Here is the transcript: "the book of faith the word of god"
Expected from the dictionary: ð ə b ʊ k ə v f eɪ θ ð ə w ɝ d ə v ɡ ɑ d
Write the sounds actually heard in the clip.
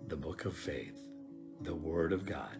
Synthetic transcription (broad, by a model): ð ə b ʊ k ə v f eɪ θ ð ə w ɝ d ə v ɡ ɑ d